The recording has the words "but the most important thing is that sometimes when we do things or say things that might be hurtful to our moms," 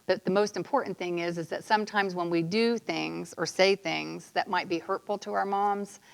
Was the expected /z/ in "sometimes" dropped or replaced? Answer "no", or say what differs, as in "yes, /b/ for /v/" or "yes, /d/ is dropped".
no